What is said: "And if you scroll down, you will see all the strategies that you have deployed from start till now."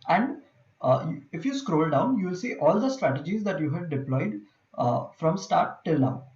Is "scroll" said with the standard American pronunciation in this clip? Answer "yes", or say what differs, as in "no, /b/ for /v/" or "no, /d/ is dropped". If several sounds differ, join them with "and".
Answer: yes